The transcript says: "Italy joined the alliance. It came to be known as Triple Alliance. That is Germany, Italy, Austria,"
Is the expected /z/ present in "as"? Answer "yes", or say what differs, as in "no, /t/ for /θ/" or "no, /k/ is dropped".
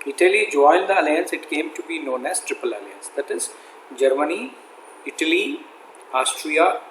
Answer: no, /s/ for /z/